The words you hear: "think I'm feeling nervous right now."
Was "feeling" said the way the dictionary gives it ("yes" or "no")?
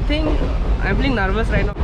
no